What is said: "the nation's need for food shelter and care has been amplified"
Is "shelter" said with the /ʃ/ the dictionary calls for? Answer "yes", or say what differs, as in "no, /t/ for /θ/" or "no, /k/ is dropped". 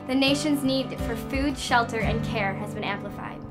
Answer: yes